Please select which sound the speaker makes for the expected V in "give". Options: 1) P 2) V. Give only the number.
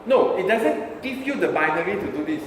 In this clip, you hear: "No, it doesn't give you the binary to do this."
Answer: 1